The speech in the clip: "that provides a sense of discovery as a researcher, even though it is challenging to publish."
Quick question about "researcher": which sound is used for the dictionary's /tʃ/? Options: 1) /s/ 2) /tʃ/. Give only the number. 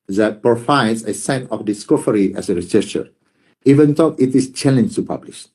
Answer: 1